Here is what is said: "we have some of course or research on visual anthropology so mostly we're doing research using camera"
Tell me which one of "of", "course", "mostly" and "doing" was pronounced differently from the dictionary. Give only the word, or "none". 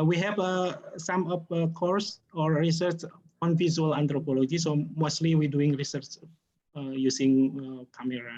of